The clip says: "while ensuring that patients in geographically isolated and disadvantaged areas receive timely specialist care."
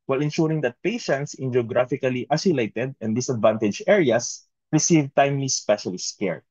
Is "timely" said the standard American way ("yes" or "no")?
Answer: yes